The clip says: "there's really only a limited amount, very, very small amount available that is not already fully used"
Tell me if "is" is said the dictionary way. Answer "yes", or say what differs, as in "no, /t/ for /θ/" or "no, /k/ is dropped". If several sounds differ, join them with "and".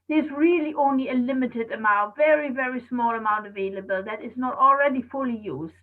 yes